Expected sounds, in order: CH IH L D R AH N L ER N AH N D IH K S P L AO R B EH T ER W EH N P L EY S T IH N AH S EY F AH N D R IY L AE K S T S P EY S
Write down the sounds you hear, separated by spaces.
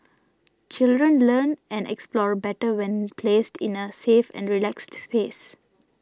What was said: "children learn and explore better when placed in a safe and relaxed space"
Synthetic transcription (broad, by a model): CH IH L D R AH N L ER N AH N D IH K S P L AO R B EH T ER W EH N P L EY S T IH N AH S EY F AH N D R IY L AE K S T S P EY S